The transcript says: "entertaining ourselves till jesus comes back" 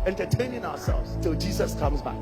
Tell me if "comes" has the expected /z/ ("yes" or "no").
yes